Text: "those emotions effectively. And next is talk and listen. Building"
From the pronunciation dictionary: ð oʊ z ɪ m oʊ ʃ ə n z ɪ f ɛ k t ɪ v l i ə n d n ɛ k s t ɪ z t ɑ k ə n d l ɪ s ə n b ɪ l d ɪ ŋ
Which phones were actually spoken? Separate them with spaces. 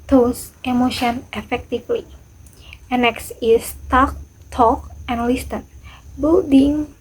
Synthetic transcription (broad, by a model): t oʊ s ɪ m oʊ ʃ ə n ɪ f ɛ k t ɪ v l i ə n n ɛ k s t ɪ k t ɑ k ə n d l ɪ s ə n b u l d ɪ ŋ